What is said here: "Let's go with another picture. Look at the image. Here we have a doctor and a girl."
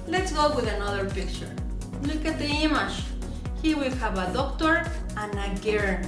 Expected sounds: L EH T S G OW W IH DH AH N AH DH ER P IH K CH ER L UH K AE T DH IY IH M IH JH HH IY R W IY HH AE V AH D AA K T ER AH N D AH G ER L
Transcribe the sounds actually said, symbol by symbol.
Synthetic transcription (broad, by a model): L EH T S G OW W IH DH AH N AH DH ER P IH K CH ER L UH K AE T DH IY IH M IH SH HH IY W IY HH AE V AH D AA K T ER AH N AH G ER